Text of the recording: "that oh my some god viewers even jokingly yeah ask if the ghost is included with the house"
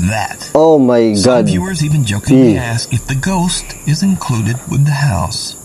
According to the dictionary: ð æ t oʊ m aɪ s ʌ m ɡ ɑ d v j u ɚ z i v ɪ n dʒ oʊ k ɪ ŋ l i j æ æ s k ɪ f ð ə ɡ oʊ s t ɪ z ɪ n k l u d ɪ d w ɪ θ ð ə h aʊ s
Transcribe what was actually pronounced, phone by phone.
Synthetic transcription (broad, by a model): ð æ t oʊ m aɪ ɡ ɑ d f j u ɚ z i v ɪ n dʒ oʊ ɪ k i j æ æ s k ɪ f ð ə ɡ oʊ s t ɪ z ɪ n k l u d ɪ d w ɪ ð ə h aʊ s